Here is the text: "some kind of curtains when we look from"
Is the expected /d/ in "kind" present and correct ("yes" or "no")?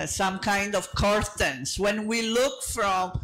yes